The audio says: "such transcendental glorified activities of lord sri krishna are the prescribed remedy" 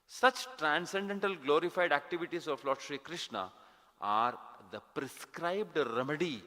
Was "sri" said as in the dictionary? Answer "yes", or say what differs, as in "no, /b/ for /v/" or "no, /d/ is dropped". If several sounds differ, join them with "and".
yes